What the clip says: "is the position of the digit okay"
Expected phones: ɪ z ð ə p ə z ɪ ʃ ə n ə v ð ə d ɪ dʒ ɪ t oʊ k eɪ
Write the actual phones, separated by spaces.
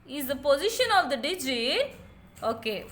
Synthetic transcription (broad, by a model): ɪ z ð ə p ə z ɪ ʃ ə n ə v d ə d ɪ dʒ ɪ oʊ k eɪ